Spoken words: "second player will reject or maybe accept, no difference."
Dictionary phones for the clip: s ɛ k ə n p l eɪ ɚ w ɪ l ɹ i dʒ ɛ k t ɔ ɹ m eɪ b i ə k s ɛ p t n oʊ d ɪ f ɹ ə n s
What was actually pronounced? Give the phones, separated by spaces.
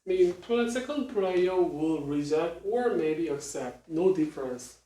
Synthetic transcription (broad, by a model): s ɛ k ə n p l eɪ ɚ w ɪ l ɹ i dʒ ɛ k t ɔ ɹ m eɪ b i ə k s ɛ p t n oʊ d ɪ f ɹ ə n s